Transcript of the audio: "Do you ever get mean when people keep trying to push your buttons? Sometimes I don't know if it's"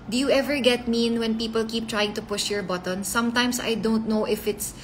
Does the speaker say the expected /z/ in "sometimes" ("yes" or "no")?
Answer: no